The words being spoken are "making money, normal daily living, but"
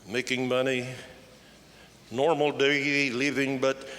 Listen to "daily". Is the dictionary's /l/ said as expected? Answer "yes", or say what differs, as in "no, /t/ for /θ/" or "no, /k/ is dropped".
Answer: no, /l/ is dropped